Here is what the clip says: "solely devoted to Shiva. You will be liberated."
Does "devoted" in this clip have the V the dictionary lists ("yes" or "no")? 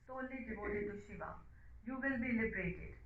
no